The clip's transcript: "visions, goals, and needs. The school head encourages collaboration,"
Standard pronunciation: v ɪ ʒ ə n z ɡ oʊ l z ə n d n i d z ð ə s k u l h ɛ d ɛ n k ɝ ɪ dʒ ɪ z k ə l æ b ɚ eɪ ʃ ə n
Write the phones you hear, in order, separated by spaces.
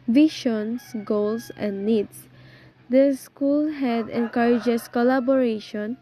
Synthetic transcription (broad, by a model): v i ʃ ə n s ɡ oʊ l s ə n d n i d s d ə s k u l h ɛ d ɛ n k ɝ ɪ dʒ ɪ s k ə l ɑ b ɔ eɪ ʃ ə n